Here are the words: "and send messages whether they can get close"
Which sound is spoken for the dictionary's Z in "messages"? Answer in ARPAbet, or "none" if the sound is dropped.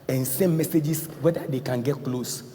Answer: S